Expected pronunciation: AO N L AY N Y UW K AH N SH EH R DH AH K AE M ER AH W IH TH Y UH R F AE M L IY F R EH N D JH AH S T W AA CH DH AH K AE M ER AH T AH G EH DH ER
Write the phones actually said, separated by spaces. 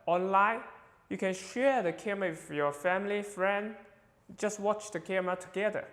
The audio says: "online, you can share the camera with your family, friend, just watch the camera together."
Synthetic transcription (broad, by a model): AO N L AY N Y UW K AH N SH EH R DH AH K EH M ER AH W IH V Y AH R F AE M L IY F R EH N D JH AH S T W AA CH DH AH K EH M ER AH T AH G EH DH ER